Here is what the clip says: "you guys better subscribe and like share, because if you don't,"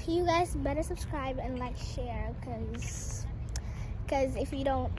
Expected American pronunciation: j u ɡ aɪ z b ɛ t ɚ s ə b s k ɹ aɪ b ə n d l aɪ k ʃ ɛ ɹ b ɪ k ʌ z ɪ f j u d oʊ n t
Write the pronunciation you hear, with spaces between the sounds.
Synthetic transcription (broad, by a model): j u ɡ aɪ z b ɛ t ɚ s ə b s k ɹ aɪ b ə n l aɪ k ʃ ɛ ɹ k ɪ k ʌ z ɪ f j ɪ d oʊ n t